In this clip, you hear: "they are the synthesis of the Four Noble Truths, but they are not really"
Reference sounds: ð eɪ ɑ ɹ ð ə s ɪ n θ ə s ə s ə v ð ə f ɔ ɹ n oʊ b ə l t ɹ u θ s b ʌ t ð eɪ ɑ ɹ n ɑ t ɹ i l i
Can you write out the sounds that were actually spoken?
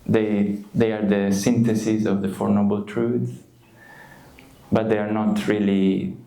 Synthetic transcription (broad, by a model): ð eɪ ɑ ɹ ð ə s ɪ n t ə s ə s ə v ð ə f ɔ ɹ n oʊ b ə l t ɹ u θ b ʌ t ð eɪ ɑ ɹ n ɑ t ɹ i l i